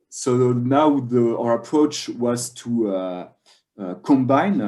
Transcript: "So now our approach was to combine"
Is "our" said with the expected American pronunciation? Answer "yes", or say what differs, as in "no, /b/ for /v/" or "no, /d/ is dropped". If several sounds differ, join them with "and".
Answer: yes